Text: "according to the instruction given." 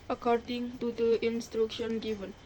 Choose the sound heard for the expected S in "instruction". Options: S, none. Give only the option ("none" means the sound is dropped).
S